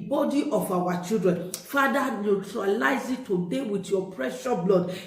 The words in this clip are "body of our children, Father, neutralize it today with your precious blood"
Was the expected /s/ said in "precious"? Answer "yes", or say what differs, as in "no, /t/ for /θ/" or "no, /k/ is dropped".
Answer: no, /s/ is dropped